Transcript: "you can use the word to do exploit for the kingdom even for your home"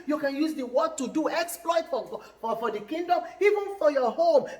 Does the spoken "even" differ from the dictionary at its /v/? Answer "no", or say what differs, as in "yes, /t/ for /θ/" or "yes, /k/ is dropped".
no